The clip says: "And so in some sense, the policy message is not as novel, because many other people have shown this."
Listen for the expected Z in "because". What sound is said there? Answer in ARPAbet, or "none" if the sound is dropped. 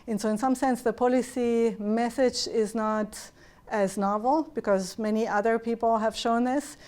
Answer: Z